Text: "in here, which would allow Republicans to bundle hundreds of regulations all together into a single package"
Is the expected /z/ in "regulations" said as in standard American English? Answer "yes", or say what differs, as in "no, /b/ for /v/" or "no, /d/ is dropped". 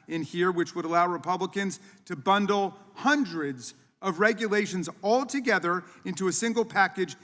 yes